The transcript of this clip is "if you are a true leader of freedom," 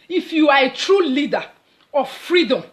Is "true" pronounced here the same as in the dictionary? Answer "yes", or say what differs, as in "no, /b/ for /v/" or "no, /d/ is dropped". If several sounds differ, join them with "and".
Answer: yes